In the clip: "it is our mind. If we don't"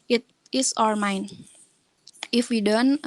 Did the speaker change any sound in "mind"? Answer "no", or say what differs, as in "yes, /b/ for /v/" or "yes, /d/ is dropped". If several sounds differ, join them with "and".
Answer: yes, /d/ is dropped